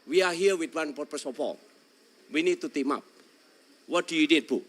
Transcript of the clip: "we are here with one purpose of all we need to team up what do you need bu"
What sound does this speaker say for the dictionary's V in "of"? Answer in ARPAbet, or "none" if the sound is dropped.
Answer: P